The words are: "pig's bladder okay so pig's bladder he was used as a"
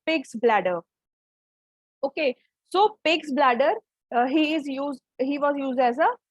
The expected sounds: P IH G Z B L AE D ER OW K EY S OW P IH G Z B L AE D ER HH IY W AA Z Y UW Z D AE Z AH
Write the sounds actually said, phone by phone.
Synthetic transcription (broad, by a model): P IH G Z B L AE D ER OW K EY S OW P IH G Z B L AE D ER HH IY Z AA Z Y UW Z D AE Z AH